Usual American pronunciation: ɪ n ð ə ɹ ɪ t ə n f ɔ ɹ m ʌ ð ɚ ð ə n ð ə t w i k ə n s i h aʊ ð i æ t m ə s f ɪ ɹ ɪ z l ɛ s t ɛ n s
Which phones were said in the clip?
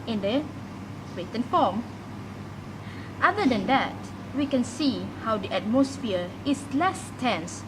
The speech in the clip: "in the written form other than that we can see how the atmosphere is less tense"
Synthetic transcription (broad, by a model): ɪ n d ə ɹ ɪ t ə n f ɔ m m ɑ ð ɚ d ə n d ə t w i k ə n s i h aʊ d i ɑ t m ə s f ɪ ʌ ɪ s l ɛ s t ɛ n s